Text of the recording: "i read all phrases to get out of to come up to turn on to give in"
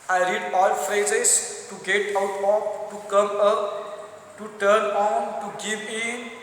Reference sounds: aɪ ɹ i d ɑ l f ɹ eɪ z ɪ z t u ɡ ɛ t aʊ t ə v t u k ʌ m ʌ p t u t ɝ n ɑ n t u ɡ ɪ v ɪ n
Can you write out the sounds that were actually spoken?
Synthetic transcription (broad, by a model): aɪ ɹ i d ɑ l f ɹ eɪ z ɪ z t u ɡ ɛ t aʊ t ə p t u k ʌ m ʌ p t u t ɝ n ɑ n t u ɡ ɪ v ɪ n